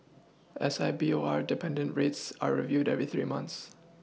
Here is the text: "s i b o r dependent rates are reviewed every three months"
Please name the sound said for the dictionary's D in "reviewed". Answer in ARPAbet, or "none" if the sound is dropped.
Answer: D